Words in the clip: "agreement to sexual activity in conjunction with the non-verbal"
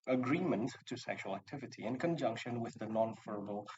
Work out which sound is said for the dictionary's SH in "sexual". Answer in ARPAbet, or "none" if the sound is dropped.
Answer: SH